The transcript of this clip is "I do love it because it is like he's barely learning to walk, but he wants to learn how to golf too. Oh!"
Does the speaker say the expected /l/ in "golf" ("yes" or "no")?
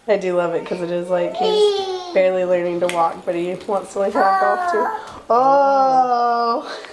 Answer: no